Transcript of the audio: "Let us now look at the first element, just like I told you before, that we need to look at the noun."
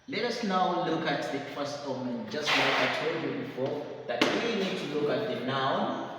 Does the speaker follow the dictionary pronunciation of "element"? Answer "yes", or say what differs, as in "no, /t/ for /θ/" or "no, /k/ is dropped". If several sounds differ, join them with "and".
no, /l/ is dropped